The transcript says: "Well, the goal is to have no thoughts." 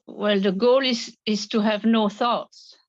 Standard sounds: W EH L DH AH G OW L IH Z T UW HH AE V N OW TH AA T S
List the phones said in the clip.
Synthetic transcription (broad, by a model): W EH L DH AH G OW L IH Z T UW HH AE V N OW TH AA T S